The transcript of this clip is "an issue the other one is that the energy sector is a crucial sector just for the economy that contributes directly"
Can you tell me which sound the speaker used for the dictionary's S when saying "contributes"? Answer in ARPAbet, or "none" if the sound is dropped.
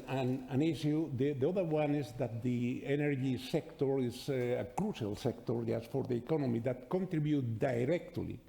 none